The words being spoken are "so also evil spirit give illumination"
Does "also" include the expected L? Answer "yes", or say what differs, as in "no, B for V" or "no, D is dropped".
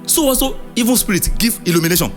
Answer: no, L is dropped